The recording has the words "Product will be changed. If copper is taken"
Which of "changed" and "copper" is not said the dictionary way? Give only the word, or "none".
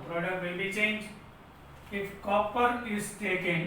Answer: changed